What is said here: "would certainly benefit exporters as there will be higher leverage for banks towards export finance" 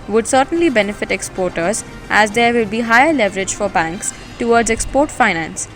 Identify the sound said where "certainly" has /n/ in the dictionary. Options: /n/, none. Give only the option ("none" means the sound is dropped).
/n/